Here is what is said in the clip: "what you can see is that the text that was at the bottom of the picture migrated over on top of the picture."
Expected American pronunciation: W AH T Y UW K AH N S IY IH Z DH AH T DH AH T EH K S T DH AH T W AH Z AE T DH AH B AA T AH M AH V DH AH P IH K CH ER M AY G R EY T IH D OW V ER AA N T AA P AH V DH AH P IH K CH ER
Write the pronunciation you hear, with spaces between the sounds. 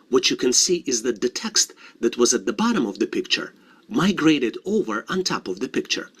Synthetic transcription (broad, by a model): W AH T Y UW K AH N S IY IH Z DH AH T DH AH T EH K S T DH AH T W AH Z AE T DH AH B AA T AH M AH V DH AH P IH K CH ER M AY G R EY T IH D OW V ER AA N T AA P AH V DH AH P IH K CH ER